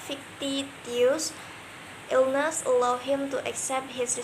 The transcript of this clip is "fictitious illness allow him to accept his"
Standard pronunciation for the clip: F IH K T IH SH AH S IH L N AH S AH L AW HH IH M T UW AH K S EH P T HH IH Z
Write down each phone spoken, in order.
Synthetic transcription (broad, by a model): F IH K T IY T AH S IH L N AH S AH L AW HH IH M T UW AH K S EH P T HH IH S